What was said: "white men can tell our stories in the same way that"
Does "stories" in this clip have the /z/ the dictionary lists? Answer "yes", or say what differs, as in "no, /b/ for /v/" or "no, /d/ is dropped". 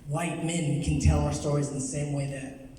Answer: yes